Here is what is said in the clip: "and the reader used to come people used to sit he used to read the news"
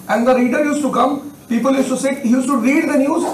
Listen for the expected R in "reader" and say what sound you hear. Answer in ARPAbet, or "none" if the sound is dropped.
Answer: R